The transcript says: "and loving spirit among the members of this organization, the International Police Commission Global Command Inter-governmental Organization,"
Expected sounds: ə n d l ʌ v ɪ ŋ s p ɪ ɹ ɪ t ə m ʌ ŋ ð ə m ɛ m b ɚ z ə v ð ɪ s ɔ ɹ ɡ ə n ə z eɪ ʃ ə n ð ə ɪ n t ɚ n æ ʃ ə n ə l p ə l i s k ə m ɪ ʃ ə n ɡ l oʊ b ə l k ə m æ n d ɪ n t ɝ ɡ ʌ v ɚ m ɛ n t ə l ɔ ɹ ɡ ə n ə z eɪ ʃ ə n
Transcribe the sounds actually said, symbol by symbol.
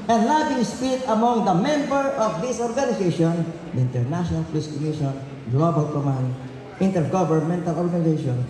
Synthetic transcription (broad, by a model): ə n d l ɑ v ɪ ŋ s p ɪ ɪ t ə m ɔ ŋ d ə m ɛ m b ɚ ə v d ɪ s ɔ ɹ ɡ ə n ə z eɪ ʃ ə n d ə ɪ n t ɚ n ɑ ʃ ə n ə l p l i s k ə m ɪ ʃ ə n ɡ l oʊ b ə l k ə m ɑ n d ɪ n t ɝ ɡ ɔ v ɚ m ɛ n t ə l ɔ ɹ ɡ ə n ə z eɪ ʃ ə n